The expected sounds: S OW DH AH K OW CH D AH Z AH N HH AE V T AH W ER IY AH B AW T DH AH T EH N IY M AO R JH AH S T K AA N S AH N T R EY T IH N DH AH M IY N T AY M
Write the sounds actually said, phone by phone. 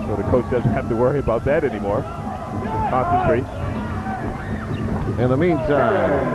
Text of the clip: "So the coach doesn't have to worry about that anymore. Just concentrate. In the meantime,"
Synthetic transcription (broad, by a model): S OW DH AH K OW CH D AH Z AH N HH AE F T AH W ER IY AH B AW T DH AH T EH N IY M AO R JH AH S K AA N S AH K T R EY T IH N DH AH M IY N T AY M